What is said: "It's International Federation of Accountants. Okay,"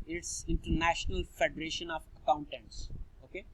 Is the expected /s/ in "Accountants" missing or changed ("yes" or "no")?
no